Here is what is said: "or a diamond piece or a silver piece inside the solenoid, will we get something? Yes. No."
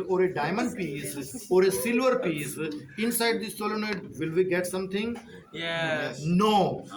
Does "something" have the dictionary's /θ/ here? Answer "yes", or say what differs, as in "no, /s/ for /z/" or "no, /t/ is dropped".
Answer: no, /t/ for /θ/